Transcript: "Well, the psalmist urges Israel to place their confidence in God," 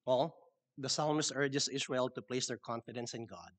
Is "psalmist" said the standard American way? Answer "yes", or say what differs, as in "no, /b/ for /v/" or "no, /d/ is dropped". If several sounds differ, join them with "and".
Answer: no, /t/ is dropped